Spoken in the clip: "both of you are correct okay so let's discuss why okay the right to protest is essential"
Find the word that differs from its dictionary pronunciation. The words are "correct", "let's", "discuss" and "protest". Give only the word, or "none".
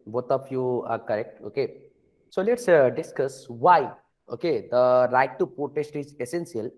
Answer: protest